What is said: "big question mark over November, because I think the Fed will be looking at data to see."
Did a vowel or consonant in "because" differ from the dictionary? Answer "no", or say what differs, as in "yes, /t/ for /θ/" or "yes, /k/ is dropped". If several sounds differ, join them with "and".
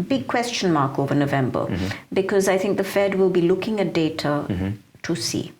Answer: no